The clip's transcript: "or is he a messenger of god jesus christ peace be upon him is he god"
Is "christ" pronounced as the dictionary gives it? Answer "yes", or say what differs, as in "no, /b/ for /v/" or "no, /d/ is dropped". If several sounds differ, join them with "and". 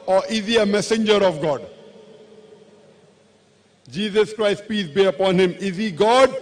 yes